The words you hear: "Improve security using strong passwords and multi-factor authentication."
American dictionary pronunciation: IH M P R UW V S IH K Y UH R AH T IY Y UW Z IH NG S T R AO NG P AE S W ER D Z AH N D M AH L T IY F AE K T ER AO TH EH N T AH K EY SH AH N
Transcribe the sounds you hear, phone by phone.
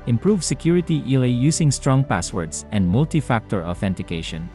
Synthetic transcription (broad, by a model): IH M P R UW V S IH K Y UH R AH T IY Y UW S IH NG S T R AO NG P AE S W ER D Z AH N D M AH L T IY F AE K T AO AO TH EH N T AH K EY SH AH N